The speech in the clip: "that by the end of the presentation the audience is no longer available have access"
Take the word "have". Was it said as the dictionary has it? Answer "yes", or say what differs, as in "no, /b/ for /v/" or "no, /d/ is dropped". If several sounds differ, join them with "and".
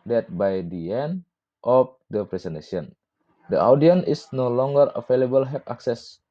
no, /p/ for /v/